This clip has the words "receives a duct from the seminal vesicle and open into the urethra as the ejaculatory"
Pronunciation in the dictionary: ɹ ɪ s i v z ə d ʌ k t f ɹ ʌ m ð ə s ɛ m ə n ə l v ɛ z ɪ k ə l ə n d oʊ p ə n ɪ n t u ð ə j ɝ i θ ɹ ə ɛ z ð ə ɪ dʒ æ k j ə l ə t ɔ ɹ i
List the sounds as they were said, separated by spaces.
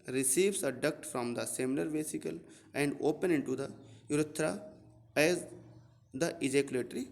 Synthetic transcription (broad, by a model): ɹ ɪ s i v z ə d ʌ k t f ɹ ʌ m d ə s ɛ m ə l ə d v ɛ s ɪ k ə l ə n d oʊ p ə n ɪ n t u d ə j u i t ɹ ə ɛ z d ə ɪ dʒ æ k j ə l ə t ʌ ɹ i